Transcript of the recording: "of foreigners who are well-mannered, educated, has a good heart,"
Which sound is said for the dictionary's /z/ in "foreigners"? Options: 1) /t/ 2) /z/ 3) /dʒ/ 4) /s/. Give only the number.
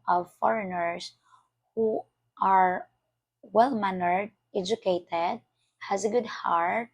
4